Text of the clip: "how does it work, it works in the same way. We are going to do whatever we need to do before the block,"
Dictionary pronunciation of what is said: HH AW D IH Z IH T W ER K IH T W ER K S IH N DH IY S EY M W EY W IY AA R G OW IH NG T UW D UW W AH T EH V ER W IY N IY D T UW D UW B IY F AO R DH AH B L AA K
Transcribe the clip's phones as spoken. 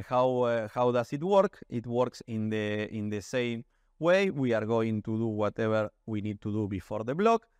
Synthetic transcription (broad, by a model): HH AW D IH S IH T W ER K IH T W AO K S IH N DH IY S EY M W EY W IY AA R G OW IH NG T UW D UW W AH T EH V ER W IY N IY D T UW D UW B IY F AO R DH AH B L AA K